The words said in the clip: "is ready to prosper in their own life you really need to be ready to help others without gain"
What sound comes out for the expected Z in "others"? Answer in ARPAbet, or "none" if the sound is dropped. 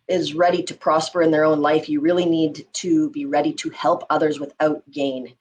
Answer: Z